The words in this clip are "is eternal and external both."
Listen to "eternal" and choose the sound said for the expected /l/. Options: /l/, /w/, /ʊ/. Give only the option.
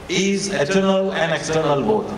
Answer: /l/